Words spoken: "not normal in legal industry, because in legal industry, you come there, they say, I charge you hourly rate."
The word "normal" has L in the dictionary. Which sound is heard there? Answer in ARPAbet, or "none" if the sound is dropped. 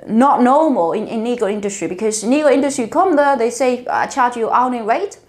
N